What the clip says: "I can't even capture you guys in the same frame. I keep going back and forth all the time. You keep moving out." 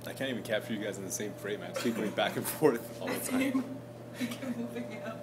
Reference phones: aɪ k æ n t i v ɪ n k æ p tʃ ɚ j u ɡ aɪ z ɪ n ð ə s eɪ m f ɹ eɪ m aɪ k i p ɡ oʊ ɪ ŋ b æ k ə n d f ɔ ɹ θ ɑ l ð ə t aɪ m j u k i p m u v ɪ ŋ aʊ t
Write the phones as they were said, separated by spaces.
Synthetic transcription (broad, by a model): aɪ k æ n t i v ɪ n k æ p tʃ ɚ j u ɡ aɪ z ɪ n ð ə s eɪ m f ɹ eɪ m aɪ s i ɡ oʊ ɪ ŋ b æ k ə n f ɔ ɹ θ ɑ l ð ə t aɪ m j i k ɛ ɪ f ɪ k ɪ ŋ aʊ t